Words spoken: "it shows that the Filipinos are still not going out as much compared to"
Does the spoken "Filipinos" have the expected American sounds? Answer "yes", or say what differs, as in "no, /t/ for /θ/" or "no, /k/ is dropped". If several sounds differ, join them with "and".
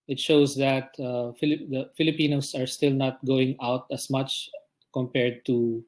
no, /s/ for /z/